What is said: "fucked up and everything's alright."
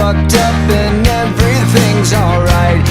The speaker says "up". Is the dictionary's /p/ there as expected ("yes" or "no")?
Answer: yes